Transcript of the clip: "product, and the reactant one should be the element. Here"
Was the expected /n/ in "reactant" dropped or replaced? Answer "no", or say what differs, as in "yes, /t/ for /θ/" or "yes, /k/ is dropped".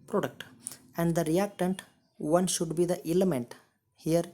no